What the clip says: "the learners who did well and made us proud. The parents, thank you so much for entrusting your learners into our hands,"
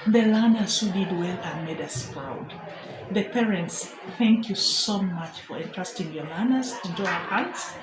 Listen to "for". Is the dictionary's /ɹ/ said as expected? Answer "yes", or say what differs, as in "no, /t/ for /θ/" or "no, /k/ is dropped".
yes